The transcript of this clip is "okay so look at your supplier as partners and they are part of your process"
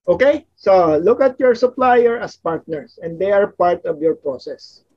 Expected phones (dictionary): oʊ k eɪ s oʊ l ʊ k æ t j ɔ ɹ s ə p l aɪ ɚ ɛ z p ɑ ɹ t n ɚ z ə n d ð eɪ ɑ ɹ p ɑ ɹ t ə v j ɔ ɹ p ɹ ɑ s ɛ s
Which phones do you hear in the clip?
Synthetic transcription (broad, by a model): oʊ k eɪ s oʊ l ʊ k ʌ t j ɔ ɹ s ə p l aɪ ɚ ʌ s p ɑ ɹ t n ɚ s ə n d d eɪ ɑ ɹ p ɑ ɹ t ə v j ɔ ɹ p ɹ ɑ s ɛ s